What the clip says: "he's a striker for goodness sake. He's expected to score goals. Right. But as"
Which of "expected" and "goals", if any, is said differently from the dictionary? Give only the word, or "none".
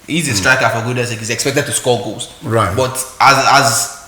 goals